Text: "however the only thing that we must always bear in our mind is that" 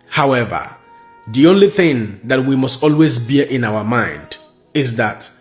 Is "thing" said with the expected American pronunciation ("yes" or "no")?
yes